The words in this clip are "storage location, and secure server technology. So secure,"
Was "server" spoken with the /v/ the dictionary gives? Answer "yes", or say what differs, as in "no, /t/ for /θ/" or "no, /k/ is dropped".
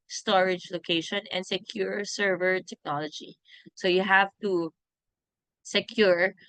yes